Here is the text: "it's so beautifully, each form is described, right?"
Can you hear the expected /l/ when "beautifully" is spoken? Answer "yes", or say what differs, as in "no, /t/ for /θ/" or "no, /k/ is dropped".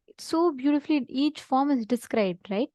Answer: yes